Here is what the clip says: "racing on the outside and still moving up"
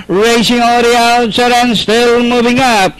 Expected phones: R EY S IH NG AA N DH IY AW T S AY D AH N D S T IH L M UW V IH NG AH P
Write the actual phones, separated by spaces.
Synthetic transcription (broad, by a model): R EY S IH NG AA L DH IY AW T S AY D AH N S T IH L M UW V IH NG AH P